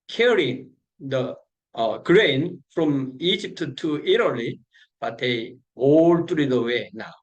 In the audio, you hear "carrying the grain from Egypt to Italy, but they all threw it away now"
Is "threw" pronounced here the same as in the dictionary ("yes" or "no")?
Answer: no